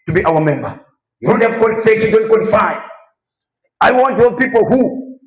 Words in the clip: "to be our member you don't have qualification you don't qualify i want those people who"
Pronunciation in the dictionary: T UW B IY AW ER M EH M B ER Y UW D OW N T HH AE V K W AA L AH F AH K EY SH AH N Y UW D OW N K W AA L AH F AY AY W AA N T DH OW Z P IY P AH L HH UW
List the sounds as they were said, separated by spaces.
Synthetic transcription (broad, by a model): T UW B IY AW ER M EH M B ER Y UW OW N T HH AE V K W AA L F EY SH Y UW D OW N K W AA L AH F AY AY W AA N T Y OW P IY P AH L HH UW